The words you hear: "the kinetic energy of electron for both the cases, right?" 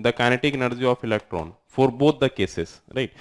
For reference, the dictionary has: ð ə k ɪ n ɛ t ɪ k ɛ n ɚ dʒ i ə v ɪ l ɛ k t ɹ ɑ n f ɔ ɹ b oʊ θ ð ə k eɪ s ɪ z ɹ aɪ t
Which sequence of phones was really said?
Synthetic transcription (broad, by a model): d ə k ɪ n ɛ t ɪ k n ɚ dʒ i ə f ɪ l ɛ k t ɹ ɑ n f ɔ ɹ b oʊ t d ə k eɪ s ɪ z ɹ aɪ t